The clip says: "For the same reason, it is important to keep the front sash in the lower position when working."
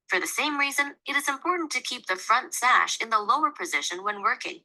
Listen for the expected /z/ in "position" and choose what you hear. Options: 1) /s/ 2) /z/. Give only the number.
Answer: 2